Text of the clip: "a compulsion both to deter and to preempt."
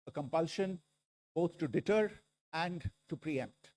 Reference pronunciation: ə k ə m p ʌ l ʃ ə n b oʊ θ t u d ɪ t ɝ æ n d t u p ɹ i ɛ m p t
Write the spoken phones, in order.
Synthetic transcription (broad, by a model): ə k ə m p ʌ l ʃ ə n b oʊ t t u d ɪ t ɝ æ n d t u p ɹ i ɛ m p t